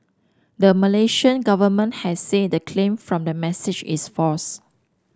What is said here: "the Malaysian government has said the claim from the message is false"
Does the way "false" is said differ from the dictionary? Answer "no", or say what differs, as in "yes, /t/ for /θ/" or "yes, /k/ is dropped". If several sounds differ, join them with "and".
yes, /l/ is dropped